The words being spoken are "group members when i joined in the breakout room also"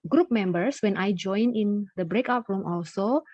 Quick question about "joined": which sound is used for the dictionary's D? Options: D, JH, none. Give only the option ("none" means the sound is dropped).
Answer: none